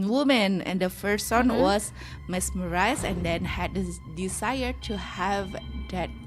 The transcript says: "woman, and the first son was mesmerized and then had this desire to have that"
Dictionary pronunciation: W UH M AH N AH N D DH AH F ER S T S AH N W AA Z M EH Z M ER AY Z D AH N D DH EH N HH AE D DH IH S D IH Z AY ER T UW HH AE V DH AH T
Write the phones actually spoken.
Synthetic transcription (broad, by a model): W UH M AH N AH N D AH F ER S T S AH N W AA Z M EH S M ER AY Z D AH N D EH N HH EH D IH D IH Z AY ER T UW HH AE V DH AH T